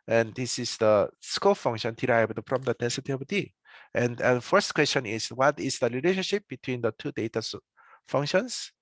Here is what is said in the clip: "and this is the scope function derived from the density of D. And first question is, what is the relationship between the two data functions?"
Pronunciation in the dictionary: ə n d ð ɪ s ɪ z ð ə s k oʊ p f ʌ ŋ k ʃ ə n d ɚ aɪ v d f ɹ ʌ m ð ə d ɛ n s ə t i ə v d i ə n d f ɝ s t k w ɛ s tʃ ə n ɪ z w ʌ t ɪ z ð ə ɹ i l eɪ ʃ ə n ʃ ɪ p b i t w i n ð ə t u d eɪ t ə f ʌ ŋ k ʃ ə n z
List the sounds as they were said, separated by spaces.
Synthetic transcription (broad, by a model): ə n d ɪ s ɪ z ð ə s k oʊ f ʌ ŋ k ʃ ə n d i aɪ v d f ɹ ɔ m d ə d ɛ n s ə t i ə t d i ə n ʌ f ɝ s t k w ɛ s tʃ ə n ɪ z w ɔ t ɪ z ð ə l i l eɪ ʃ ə n ʃ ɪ p b i t w i n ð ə t u d eɪ t ə f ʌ ŋ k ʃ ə n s